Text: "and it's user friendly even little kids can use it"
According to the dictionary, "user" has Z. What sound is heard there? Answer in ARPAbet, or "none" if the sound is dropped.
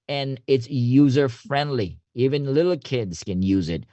Z